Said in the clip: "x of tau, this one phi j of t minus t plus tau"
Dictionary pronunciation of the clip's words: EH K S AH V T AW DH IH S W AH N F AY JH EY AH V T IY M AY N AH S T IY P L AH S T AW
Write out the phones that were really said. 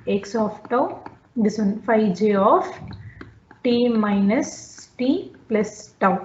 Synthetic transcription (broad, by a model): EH K S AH F T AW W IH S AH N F AY JH EY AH F T IY M AY N AH S T IY P L AH S T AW